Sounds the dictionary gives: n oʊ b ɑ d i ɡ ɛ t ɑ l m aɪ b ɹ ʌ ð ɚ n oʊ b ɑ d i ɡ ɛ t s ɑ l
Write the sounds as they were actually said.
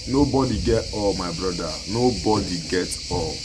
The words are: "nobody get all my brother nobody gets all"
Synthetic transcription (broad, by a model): n oʊ b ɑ d i ɡ ɛ t ɑ l m aɪ b ɹ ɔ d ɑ n oʊ b ɑ d i ɡ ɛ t ɑ l